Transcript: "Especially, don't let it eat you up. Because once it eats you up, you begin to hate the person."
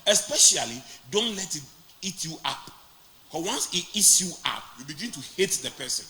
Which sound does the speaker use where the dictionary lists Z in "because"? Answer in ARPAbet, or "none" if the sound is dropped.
none